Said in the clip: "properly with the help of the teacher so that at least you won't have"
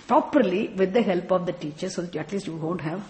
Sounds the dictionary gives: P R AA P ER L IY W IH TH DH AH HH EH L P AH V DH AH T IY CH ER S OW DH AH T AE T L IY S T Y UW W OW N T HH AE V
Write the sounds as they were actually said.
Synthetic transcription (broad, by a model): P R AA P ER L IY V IH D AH HH EH L P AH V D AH T IY CH ER S OW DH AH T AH T L IY S T Y UW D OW N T HH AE V